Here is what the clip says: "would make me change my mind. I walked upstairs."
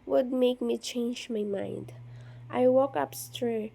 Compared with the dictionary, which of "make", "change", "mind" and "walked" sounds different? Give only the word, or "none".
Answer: walked